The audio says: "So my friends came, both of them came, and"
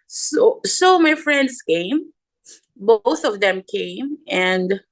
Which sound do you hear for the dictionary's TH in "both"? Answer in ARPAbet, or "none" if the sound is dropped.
TH